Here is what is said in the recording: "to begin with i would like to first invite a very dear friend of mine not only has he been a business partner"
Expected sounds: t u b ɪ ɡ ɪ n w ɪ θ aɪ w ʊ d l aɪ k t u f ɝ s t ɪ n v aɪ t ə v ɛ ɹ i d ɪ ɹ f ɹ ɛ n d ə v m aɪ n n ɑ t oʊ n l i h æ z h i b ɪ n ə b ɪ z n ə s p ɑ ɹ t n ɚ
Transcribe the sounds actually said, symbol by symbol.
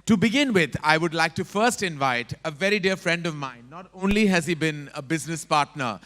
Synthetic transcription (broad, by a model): t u b ɪ ɡ ɪ n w ɪ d aɪ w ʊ d l aɪ k t u f ɝ s t ɪ n v aɪ t ə v ɛ ɹ i d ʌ ɹ f ɹ ɛ n d ə v m aɪ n n ɑ t oʊ n l i h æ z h i b ɪ n ə b ɪ z n ə s p ɑ ɹ t n ɚ